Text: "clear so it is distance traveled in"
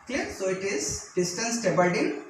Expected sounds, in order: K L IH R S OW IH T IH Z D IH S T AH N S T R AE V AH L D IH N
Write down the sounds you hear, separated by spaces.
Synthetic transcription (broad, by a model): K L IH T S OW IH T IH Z D IH S T AH N S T EH B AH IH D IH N